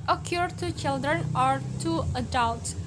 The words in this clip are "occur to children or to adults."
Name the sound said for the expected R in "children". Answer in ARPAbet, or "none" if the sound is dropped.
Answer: R